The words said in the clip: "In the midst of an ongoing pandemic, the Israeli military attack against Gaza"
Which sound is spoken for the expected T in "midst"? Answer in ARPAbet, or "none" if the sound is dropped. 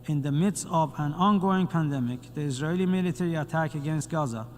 T